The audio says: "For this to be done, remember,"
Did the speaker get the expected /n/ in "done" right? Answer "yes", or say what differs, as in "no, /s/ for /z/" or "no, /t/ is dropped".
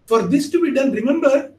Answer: no, /l/ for /n/